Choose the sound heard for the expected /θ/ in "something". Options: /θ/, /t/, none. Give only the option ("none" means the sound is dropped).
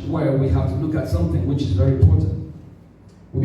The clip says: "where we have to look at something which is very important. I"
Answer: /θ/